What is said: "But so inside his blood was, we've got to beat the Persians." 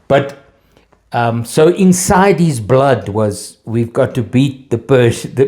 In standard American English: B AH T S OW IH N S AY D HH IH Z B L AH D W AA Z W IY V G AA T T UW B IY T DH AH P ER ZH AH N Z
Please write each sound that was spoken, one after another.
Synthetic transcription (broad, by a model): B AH T S OW IH N S AY D HH IH Z B L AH D W AA Z W IY V G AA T T UW B IY T DH AH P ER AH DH